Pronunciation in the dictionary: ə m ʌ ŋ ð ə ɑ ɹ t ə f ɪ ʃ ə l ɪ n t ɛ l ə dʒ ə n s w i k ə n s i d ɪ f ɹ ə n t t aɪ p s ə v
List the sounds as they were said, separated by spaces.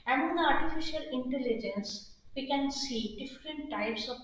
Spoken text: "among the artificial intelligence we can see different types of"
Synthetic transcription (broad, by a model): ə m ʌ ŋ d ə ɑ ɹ t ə f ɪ ʃ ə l ɪ n t ɛ l ə dʒ ə n s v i k ə n s i d ɪ f ɹ ə n t t aɪ p s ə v